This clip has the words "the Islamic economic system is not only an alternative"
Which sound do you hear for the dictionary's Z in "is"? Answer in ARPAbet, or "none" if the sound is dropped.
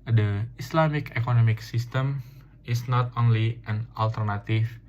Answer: S